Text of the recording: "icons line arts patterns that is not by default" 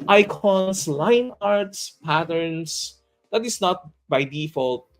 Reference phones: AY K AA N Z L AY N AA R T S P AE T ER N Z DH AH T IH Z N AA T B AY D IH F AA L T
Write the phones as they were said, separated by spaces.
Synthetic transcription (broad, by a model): AY K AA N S L AY N AA R T S P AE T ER N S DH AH T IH S N AA T B AY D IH F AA L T